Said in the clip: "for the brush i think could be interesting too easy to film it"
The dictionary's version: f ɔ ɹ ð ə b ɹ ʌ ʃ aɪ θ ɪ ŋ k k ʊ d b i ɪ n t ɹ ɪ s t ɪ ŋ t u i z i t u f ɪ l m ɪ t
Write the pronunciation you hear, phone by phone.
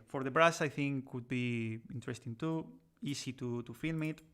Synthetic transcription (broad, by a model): f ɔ ɹ ð ə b ɹ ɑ s aɪ θ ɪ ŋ k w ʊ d b i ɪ n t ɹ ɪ s t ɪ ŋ t u i s i t u f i l m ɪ t